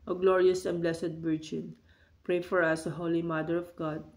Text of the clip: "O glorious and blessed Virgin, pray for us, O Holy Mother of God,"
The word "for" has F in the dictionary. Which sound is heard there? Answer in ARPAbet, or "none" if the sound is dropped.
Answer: F